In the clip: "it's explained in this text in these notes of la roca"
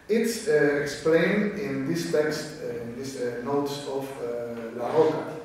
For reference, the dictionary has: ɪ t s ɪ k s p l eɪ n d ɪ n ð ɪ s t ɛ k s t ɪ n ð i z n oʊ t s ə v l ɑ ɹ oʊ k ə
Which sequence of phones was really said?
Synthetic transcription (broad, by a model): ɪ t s ɪ k s p l eɪ n d ɪ n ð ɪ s t ɛ k s t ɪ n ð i s n oʊ t s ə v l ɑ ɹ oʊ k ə